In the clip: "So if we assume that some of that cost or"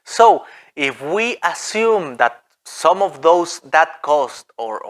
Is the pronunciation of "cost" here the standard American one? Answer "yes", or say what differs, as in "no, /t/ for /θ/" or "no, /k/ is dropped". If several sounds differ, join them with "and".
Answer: yes